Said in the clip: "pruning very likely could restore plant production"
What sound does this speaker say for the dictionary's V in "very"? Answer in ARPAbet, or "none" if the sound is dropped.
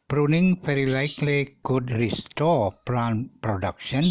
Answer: F